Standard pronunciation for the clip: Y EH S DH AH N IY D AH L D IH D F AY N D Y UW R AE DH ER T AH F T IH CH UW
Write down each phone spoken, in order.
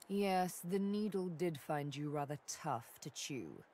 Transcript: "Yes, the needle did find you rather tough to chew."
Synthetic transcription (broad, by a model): Y EH S DH AH N IY D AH L D IH D F AY N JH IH R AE DH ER T AH F T IH CH UW